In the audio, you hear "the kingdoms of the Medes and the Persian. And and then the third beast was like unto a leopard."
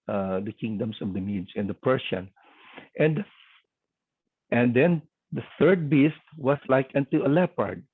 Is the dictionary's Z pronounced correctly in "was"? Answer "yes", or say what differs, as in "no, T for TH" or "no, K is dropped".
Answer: no, S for Z